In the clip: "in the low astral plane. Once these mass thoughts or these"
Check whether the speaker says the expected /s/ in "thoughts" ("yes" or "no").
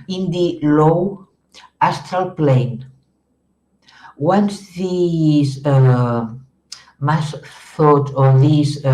no